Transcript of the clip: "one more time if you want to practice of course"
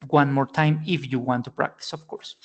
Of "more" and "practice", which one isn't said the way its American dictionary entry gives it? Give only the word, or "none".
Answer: none